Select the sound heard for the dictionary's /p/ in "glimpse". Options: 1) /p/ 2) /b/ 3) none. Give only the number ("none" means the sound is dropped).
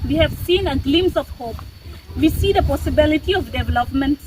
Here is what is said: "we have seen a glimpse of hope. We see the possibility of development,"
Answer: 3